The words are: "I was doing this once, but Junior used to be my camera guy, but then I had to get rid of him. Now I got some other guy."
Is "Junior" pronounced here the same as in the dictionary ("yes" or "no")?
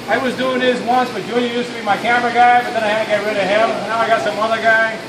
no